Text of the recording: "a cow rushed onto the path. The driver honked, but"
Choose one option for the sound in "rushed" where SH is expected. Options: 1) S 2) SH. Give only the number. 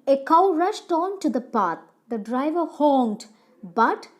2